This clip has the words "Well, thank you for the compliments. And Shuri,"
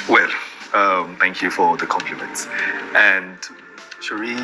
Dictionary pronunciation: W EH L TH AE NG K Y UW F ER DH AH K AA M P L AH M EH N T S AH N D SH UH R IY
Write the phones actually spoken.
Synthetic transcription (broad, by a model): W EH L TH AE NG K Y UW F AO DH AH K AA M P L AH M EH N T S AH N D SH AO R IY